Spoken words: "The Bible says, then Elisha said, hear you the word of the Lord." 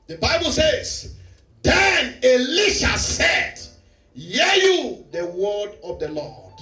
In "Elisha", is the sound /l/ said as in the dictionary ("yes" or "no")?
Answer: yes